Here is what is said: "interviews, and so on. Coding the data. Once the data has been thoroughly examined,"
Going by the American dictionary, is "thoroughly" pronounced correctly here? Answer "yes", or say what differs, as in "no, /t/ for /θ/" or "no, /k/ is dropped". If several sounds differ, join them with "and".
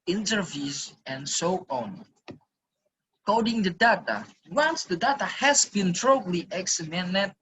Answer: no, /t/ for /θ/